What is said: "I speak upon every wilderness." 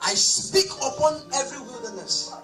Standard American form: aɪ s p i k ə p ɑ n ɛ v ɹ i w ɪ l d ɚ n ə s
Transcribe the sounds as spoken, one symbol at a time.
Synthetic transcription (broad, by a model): aɪ s p i k ə p ɑ n ɛ v ɹ i w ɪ l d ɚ n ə s